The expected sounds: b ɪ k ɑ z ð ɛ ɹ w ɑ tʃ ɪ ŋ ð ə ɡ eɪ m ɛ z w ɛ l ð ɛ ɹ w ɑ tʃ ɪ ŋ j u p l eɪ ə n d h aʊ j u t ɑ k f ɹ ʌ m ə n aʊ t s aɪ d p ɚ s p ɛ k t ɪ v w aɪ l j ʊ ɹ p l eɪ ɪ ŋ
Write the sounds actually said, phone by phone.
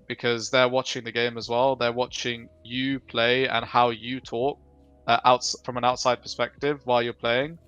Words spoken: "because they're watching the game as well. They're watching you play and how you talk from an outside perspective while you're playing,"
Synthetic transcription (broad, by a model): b ɪ k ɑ z ð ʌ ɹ w ɑ tʃ ɪ ŋ ð ə ɡ eɪ m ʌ z w ɛ l ð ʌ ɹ w ɑ tʃ ɪ ŋ j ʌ p l eɪ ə n h aʊ j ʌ t ɑ k f ɹ ʌ m ə n aʊ t s aɪ d p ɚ s p ɛ k t ɪ v w aɪ l j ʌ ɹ p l eɪ ɪ ŋ